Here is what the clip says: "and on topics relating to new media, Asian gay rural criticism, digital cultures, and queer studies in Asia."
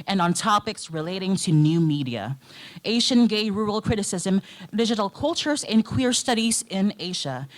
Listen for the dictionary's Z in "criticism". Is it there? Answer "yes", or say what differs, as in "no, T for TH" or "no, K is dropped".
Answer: yes